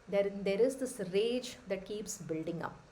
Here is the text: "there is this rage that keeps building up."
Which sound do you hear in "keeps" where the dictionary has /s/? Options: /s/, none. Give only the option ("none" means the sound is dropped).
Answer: /s/